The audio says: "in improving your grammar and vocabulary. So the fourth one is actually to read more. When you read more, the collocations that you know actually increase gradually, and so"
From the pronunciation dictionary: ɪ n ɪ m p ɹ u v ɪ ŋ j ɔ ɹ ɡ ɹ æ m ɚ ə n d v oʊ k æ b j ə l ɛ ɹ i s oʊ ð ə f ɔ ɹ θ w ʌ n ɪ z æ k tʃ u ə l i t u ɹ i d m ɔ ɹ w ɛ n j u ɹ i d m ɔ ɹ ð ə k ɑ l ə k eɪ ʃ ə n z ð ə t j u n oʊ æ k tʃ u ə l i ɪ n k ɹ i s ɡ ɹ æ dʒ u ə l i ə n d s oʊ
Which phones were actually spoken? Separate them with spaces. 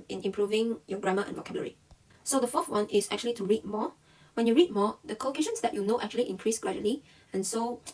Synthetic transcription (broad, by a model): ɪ n ɪ m p ɹ u v ɪ ŋ j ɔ ɡ ɹ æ m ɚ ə n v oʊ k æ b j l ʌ ɹ i s oʊ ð ə f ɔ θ w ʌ n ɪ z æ k tʃ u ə l i t u ɹ i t m ɔ w ɛ n j u ɹ i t m ɔ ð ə k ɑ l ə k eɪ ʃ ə n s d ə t j u n oʊ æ k tʃ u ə l i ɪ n k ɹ i s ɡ ɹ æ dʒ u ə l i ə n s oʊ